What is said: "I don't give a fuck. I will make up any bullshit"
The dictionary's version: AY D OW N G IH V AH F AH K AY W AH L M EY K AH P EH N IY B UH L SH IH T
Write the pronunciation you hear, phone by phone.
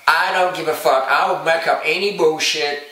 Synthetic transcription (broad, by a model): AY D OW N G IH V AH F AH K AY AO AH N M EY K AH P EH N IY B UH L SH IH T